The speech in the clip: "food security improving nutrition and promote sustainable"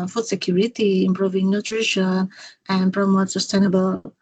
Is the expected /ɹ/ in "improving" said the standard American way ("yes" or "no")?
yes